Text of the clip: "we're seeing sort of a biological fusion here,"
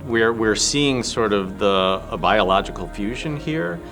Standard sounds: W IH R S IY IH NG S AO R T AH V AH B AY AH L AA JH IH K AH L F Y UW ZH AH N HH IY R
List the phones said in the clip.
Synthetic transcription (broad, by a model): W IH R S IY IH NG S AO R T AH V AH B AY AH L AA JH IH K L F Y UW ZH AH N HH IY R